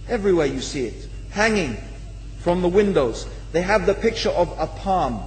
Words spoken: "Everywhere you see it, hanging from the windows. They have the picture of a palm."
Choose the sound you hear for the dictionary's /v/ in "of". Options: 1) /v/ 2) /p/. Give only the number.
1